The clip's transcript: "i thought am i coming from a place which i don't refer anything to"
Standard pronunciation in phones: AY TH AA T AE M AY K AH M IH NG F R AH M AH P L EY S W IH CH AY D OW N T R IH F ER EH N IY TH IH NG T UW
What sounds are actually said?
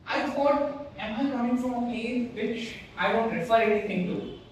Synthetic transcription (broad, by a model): AY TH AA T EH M AY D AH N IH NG F R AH M AH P EY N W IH CH AY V OW N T R IH F ER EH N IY T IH NG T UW